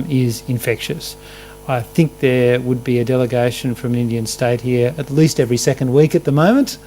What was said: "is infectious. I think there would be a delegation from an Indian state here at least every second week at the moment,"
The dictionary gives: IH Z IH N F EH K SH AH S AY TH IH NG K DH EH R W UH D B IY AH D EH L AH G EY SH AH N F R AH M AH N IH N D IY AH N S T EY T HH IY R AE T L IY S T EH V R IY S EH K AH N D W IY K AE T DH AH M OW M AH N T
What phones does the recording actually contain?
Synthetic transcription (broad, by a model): IH Z IH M F EH K SH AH S AY TH IH NG K DH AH R W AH D B IY AH D EH L AH G EY SH AH N F R AH M AH N IH N D IY AH N S T EY T HH IY R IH T L IY S T EH V R IY S EH K AH N D W IY K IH T DH AH M OW M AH N T